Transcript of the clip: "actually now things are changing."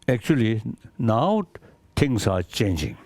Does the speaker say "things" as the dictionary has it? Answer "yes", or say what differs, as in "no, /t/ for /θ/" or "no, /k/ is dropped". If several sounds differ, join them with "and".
no, /t/ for /θ/ and /s/ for /z/